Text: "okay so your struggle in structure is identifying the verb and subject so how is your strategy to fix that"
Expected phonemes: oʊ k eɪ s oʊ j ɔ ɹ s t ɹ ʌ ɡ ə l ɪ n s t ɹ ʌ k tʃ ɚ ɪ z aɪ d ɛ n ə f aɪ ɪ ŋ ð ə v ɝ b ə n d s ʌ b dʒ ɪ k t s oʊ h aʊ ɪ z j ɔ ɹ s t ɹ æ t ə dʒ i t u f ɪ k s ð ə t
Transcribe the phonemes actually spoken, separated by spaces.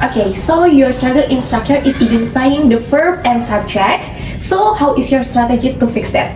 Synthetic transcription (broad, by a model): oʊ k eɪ s oʊ j ɔ ɹ s t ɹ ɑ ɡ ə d ɪ n s t ɹ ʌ k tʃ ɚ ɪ s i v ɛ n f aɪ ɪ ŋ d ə f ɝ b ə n s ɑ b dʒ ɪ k s oʊ h aʊ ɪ s j ɔ ɹ s t ɹ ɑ t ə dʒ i t u f ɪ k s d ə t